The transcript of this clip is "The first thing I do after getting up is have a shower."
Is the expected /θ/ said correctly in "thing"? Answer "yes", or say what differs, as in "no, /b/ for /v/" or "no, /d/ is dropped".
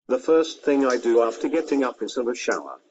yes